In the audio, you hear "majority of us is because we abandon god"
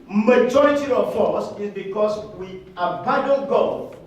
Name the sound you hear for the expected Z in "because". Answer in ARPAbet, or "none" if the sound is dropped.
S